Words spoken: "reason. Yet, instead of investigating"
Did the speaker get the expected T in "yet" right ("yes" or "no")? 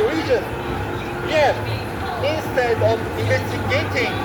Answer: no